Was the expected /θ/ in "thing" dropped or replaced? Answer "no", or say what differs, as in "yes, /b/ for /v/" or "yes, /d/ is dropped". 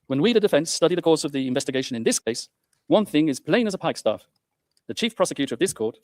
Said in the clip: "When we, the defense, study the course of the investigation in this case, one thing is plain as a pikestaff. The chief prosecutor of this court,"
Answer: no